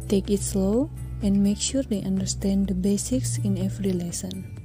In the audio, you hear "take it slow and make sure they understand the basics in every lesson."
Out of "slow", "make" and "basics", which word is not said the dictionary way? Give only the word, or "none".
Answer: none